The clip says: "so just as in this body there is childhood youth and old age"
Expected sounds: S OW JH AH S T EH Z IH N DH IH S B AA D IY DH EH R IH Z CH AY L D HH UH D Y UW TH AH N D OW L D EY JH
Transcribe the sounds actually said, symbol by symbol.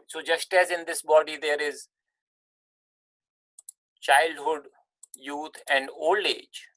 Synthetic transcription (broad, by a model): S OW JH AH S T EH Z IH N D IH S B AA D IY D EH R IH Z CH AY L D HH UH D Y UW T AH N D OW L D EY JH